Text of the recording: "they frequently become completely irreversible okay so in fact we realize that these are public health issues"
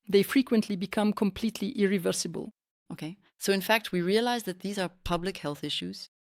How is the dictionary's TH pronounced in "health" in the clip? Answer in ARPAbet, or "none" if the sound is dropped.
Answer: TH